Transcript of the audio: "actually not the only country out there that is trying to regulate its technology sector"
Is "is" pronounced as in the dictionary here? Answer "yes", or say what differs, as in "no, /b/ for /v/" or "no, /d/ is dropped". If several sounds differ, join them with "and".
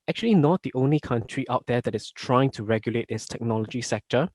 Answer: no, /s/ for /z/